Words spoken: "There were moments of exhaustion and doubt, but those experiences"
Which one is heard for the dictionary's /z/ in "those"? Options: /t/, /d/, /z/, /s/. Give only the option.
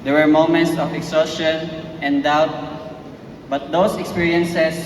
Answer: /s/